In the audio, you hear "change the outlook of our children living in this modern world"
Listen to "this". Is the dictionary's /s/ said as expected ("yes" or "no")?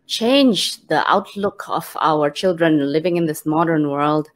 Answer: yes